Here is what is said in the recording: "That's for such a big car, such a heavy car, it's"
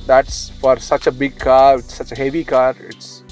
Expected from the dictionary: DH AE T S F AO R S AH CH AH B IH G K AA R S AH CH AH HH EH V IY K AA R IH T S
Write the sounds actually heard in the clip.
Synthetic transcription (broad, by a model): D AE T S F AO R S AH CH AH B IH G K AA R S AH CH AH HH EH V IY K AA R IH T S